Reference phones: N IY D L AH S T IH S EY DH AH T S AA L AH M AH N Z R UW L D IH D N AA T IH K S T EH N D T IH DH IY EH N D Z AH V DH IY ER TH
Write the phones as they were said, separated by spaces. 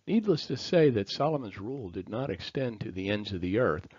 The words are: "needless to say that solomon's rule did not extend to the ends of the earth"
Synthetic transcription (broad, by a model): N IY D L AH S T IH S EY DH AH T S AA L AH M AH N Z R UW L D IH D N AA T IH K S T EH N T IH DH IY EH N D Z AH V DH IY ER TH